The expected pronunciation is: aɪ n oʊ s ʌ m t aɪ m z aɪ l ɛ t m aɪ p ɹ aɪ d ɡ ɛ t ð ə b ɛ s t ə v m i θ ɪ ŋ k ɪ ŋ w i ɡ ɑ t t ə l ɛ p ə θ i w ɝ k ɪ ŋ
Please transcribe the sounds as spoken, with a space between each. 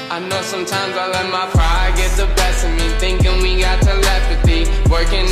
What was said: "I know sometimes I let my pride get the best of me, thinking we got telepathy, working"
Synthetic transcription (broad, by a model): aɪ n oʊ s ʌ m t aɪ m z aɪ l ɛ t m aɪ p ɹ aɪ ɡ ɛ t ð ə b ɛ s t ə m i θ ɪ ŋ k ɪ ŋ w i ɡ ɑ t t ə l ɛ f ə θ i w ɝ k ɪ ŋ